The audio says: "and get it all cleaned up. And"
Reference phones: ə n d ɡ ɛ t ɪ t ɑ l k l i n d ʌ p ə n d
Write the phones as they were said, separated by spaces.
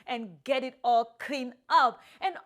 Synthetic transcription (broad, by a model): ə n ɡ ɛ t ɪ t ɑ l k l i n ʌ p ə n